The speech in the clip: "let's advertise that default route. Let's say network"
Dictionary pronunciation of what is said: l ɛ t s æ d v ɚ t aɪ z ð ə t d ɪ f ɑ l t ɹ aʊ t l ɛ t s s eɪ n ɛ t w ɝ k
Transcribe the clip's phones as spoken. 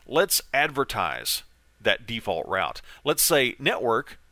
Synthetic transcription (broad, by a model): l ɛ t s æ d v ɚ t aɪ z ð ə t d ɪ f ɑ l t ɹ aʊ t l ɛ t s s eɪ n ɛ t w ɝ k